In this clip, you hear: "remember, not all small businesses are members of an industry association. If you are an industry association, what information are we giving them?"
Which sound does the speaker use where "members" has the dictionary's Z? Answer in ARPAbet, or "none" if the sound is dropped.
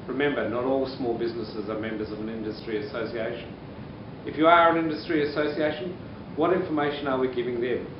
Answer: Z